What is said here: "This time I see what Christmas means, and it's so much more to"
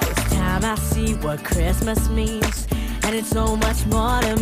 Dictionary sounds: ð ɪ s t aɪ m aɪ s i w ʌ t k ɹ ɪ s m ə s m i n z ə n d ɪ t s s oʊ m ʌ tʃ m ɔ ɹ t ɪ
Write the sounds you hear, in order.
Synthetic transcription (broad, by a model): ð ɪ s t aɪ m aɪ s i w ʌ t k ɹ ɪ s m ə s m i n z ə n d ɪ t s s oʊ m ʌ tʃ m ɔ ɹ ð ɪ